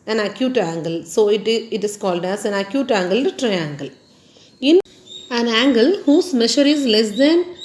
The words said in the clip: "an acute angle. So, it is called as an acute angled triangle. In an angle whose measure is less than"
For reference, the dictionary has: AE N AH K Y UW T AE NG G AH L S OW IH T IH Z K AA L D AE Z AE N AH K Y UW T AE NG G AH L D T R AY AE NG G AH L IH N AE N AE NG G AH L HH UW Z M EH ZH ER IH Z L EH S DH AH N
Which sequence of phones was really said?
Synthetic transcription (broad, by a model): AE N AH K Y UW T AE NG G AH L S OW IH T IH S K AA L D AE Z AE N AH K Y UW T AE NG G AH L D T R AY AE NG G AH L IH N AE N AE NG G AH L HH UW S M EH SH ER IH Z L EH S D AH N